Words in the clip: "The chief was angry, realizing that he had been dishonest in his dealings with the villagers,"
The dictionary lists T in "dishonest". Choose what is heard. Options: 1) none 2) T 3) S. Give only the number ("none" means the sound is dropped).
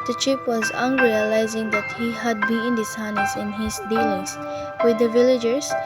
1